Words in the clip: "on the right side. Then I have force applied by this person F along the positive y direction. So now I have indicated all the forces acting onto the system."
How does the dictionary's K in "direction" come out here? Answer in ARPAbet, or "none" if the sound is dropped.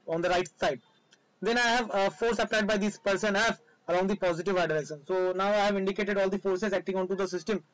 none